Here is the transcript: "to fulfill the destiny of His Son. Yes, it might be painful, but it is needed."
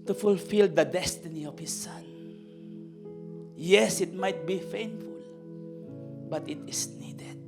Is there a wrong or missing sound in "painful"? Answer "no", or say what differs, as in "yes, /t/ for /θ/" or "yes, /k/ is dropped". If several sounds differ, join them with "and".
yes, /f/ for /p/